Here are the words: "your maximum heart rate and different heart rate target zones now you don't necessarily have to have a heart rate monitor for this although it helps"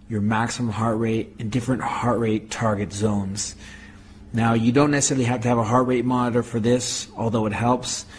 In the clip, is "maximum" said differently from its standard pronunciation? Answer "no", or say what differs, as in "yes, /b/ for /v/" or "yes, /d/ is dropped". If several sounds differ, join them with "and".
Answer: no